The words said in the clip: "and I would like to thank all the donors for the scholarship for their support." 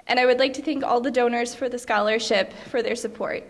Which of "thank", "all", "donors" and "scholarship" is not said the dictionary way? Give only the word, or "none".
none